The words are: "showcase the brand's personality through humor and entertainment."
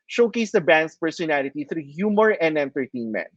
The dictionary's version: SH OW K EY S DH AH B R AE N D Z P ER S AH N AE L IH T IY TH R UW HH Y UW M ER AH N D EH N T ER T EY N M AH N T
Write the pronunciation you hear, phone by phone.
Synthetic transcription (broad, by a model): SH OW K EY S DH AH B AE N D S P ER S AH N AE L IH T IY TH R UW HH Y UW M ER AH N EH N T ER T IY N M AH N